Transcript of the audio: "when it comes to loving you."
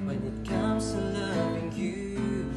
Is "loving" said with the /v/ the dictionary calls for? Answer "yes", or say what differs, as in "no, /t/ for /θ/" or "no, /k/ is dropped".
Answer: no, /v/ is dropped